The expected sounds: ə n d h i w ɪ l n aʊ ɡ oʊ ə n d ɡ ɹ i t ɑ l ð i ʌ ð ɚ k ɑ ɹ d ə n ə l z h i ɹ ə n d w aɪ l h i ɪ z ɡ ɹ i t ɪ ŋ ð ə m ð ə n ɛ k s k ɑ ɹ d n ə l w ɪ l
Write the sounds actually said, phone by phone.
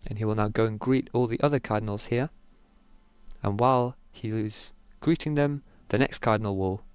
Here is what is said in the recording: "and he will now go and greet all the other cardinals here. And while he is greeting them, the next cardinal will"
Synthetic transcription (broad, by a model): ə n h i w ɪ l n aʊ ɡ oʊ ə n ɡ ɹ i t ɑ l ð i ʌ ð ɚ k ɑ ɹ d n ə l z h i ɹ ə n w aɪ l h i ɪ z ɡ ɹ i t ɪ ŋ ð ə m ð ə n ɛ k s k ɑ ɹ d n ə l w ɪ l